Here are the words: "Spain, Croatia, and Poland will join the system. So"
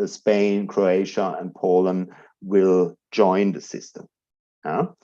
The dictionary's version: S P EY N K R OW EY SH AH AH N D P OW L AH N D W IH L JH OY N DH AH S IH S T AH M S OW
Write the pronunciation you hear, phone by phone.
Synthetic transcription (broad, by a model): S P EY N K R OW EY SH AH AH N P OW L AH N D W IH L JH OY N DH AH S IH S T AH M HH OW